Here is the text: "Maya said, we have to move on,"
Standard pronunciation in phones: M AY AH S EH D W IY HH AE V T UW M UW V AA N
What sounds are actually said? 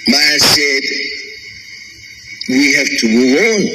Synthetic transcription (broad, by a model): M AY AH S EH D W IY HH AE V T UW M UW W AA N